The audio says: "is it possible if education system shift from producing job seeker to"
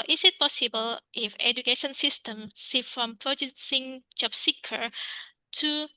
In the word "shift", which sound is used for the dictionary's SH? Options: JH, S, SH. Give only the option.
S